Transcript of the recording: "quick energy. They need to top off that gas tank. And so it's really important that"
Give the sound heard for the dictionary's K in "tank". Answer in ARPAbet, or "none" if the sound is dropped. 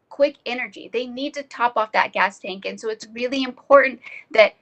K